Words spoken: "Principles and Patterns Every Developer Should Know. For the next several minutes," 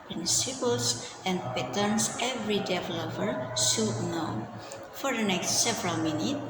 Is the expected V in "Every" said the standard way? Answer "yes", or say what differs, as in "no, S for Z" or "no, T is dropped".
yes